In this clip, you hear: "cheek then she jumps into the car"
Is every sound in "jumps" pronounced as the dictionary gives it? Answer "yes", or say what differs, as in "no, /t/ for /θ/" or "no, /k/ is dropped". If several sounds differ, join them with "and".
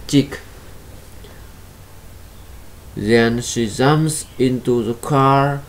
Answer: no, /p/ is dropped